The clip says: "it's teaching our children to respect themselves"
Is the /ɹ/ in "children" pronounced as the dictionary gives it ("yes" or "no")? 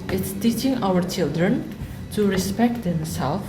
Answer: yes